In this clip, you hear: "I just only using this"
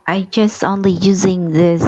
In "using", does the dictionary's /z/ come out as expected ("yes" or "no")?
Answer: yes